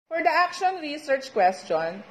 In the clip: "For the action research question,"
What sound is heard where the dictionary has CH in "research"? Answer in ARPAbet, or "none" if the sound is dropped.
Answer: CH